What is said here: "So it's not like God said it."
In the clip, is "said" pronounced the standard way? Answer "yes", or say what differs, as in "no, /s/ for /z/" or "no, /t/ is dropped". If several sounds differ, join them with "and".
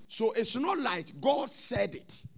yes